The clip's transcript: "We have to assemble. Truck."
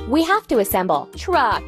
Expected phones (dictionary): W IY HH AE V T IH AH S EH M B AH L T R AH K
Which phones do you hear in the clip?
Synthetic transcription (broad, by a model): W IY HH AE F T IH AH S EH M B L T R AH